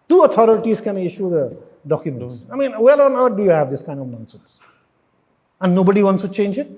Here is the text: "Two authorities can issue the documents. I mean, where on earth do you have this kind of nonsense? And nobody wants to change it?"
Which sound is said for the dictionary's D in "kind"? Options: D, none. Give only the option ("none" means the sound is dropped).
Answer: D